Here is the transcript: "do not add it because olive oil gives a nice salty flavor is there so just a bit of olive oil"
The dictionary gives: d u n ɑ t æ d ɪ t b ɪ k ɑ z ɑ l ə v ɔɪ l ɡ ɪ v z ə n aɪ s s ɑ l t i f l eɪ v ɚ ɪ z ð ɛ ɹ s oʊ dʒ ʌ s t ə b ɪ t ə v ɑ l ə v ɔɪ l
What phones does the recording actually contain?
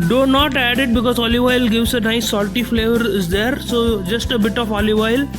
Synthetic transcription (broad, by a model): d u n ɑ t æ d ɪ t b ɪ k ɑ z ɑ l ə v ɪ l ɡ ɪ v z ə n aɪ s s ɑ l t i f l eɪ v ɚ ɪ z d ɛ ɹ s oʊ dʒ ʌ s t ə b ɪ t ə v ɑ l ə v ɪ l